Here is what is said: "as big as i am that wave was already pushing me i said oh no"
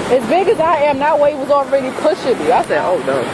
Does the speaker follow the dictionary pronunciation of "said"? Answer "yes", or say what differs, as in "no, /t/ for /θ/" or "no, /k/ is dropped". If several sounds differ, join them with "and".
no, /d/ is dropped